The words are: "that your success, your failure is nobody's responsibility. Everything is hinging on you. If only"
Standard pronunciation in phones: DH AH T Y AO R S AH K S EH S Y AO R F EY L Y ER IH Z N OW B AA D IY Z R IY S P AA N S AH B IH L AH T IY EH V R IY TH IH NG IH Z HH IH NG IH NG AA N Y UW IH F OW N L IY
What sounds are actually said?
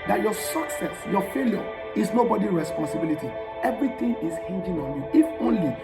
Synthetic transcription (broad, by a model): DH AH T Y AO S AH K S EH S Y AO F EY L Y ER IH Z N OW B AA D IY R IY S P AA N S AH B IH L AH T IY EH V R IY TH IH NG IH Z HH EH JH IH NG AA N Y UW IH F OW N L IY